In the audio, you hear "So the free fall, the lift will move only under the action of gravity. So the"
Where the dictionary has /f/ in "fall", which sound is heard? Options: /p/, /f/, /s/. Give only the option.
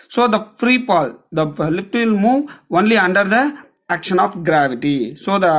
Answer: /p/